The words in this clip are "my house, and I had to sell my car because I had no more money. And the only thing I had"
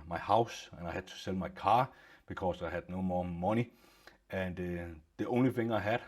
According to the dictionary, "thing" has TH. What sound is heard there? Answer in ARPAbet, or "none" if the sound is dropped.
F